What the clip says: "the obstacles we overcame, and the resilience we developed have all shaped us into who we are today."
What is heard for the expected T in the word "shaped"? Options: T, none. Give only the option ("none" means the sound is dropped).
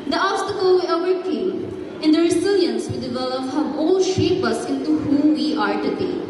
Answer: none